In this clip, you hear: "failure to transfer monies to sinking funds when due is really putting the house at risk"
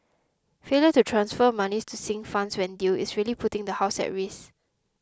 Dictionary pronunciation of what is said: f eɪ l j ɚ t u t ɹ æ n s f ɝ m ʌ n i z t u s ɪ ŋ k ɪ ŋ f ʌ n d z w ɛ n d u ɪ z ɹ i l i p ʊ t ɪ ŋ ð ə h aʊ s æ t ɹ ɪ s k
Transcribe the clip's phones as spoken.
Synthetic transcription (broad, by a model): f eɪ l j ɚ t u t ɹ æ n s f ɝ m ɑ n i s t u s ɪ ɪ ŋ f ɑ n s w ɛ n d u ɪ s ɹ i l i p ʊ t ɪ ŋ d ə h aʊ s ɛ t ɹ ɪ s